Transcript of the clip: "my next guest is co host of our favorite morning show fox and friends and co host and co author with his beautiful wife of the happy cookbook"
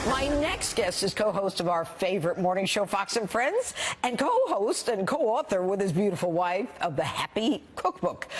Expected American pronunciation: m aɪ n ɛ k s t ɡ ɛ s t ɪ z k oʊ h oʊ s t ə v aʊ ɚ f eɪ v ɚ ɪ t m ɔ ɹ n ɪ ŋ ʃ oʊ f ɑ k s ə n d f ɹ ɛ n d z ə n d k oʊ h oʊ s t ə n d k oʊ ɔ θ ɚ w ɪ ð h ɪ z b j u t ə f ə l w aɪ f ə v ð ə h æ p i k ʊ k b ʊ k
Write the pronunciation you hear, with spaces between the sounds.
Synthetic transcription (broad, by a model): m aɪ n ɛ k s t ɡ ɛ s t ɪ z k oʊ h oʊ s t ə v aʊ ɚ f eɪ v ɚ ɪ t m ɔ ɹ n ɪ ŋ ʃ oʊ f ɑ k s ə n f ɹ ɛ n d z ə n k oʊ h oʊ s t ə n k oʊ ɔ θ ɚ w ɪ ð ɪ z b j u t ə f l w aɪ f ə v ð ə h æ p i k ʊ k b ʊ k